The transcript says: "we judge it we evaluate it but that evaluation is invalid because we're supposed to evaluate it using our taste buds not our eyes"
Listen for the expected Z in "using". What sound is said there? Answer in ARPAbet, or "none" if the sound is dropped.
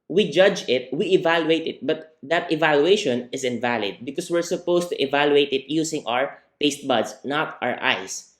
S